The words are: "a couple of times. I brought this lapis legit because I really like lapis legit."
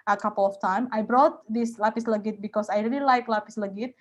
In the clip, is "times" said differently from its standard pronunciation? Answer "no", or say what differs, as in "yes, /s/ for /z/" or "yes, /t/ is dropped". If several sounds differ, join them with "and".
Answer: yes, /z/ is dropped